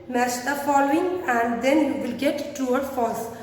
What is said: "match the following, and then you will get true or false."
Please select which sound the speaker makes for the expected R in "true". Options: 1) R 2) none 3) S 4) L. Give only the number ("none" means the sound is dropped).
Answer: 2